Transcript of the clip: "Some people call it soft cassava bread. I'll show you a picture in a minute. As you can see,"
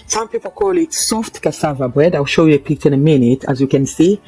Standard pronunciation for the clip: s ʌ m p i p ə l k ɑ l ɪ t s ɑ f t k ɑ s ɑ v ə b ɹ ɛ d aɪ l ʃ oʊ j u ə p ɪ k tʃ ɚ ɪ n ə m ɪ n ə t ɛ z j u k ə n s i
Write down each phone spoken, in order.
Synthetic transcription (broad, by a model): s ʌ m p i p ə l k ɑ l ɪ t s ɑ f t k ɑ s ɑ v ə b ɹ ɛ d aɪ w ʃ oʊ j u ə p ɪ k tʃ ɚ ɪ n ə m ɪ n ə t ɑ z j u k ə n s i